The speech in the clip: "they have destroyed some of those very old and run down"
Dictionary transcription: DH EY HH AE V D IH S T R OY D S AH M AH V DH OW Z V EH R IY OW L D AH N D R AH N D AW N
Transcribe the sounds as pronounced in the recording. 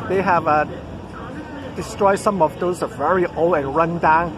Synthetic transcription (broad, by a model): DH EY HH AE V D IH S T R OY D S AH M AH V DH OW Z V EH R IY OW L AH N R AH N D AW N